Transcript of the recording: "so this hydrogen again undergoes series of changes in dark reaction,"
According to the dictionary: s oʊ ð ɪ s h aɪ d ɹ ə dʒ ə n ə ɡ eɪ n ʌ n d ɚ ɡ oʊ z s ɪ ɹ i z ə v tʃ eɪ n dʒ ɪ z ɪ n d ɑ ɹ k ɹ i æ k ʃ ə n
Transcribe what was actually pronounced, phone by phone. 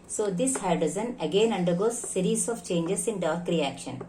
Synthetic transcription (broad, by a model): s oʊ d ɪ s h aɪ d ə z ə n ə ɡ eɪ n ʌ n d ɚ ɡ oʊ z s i ɹ i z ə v tʃ eɪ n dʒ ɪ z ɪ n d ɑ ɹ k ɹ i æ k ʃ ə n